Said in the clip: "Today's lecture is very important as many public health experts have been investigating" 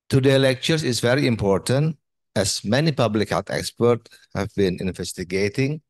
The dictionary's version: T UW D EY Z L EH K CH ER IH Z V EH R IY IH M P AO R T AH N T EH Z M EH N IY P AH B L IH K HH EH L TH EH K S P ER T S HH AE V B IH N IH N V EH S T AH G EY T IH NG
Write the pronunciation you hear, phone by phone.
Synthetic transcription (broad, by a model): T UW D EY L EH K CH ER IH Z V EH R IY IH M P AO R T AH N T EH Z M EH N IY P AH B L IH K HH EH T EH K S P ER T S HH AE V B IH N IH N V EH S T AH G EY T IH NG